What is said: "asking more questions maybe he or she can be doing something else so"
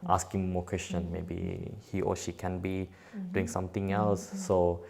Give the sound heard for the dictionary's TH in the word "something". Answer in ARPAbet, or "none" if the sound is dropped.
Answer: T